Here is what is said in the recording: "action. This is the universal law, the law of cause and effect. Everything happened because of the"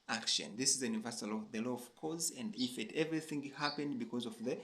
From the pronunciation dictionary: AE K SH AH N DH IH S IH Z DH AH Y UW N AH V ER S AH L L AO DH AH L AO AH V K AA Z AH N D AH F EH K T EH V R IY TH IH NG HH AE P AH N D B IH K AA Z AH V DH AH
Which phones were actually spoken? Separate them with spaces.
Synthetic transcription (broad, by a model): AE K SH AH N DH IH S IH Z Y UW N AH V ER S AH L L AO DH AH L AO AH V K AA Z AH N D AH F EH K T EH V R IY TH IH NG HH AE P AH N D B IH K AA Z AH V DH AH